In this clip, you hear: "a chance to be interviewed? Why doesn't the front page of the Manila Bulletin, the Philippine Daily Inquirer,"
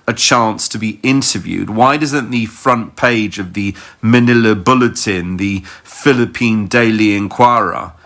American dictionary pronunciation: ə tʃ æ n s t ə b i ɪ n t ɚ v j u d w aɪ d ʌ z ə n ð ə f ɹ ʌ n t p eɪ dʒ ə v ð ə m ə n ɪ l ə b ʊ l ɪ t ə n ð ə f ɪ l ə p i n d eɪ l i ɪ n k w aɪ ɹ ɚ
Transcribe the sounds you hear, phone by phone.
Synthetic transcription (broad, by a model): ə tʃ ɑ n s t ə b i ɪ n t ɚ v j u d w aɪ d ʌ z ə n ð ə f ɹ ʌ n p eɪ dʒ ə v ð ə m ə n ɪ l ə b ʊ l ɪ t ə n ð ə f ɪ l ə p i n d eɪ l i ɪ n k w aɪ ɹ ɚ